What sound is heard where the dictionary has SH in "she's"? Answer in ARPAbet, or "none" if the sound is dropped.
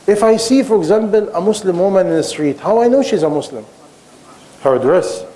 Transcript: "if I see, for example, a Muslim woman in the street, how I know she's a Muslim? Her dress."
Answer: SH